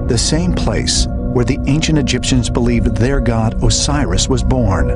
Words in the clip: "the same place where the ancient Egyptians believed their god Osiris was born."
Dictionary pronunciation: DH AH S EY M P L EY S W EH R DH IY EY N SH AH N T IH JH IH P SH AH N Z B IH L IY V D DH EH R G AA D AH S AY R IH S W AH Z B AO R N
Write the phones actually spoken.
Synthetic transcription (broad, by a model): DH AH S EY M P L EY S W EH R DH IY EY N SH AH N T IH JH IH P SH AH N Z B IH L IY V DH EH R G AA D AH S AY R IH S W AH Z B AO R N